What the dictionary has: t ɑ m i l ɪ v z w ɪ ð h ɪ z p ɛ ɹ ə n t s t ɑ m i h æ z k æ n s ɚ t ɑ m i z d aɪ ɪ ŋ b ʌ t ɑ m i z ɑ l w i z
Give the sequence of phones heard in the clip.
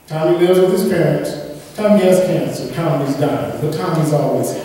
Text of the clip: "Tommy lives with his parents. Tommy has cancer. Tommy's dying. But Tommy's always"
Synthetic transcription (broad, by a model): t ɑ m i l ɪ z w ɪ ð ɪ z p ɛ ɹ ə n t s t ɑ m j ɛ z k æ n s ɚ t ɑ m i z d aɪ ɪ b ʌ t ɑ m i z ɑ l w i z